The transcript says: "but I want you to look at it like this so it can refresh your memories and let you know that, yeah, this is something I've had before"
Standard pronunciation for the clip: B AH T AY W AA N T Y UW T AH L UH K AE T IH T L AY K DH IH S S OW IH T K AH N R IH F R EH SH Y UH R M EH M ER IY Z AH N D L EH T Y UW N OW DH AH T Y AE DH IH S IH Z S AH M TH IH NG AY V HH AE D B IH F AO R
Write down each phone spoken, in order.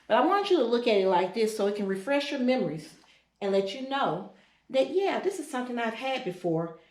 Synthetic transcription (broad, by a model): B AH T AY W AA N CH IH T AH L UH K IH T IH T L AY K DH IH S S OW IH T K AH N R IH F R EH SH Y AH R M EH M ER IY Z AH N L EH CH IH N OW DH AH T Y AE DH IH S IH Z S AH M TH IH NG AY V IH D B IH F AO R